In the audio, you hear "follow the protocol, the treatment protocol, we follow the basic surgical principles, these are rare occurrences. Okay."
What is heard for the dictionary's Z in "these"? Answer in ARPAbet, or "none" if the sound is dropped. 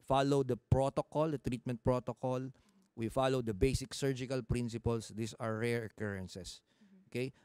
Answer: S